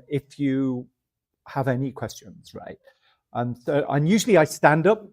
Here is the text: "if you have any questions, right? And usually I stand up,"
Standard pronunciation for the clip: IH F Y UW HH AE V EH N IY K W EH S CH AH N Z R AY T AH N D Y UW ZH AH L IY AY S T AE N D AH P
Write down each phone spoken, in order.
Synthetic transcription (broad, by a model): IH F Y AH HH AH V EH N IY K W EH S CH AH N Z R AY T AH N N Y UW ZH AH L IY AY S T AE N D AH P